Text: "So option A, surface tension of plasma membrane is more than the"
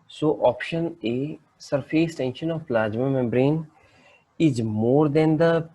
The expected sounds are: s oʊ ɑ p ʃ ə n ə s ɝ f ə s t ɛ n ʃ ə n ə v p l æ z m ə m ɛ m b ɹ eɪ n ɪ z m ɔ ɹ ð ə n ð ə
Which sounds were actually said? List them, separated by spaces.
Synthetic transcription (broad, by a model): s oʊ ɑ p ʃ ə n ə s ɝ f ə s t ɛ n ʃ ə n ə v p l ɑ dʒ m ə m ɛ m b ɹ eɪ n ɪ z m ɔ ɹ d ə n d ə